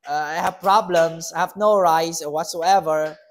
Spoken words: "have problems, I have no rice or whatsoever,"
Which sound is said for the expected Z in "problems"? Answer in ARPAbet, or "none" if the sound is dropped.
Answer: S